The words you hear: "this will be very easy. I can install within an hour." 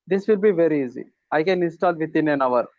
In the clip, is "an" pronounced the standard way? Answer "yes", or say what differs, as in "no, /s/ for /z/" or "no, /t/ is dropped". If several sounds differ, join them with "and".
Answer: yes